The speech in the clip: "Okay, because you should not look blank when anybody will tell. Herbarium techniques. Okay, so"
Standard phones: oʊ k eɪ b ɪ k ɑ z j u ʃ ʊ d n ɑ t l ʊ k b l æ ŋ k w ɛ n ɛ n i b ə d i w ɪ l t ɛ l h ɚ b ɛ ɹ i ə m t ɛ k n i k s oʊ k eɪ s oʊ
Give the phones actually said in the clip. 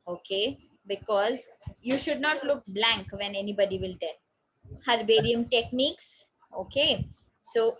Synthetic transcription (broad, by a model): oʊ k eɪ b ɪ k ɑ z j u ʃ ʊ d n ɑ t l ʊ k b l æ ŋ k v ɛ n ɛ n i b ə d i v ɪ l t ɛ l h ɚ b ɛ ɹ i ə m t ɛ k n i k s oʊ k eɪ s oʊ